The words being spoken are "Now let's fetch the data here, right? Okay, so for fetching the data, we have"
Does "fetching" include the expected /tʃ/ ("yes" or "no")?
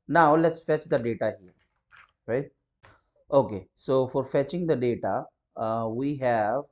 yes